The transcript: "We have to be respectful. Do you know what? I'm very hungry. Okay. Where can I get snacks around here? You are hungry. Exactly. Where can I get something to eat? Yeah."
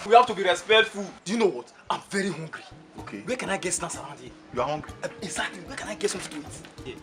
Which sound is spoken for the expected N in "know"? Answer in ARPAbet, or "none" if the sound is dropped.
N